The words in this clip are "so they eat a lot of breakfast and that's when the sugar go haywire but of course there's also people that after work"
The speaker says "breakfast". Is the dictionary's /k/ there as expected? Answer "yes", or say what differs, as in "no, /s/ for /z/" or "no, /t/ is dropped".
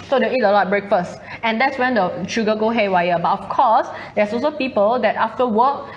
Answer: yes